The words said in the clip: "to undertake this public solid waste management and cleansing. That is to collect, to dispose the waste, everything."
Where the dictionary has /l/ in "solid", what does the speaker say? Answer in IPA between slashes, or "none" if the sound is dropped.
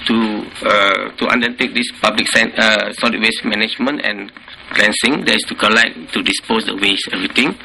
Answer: /n/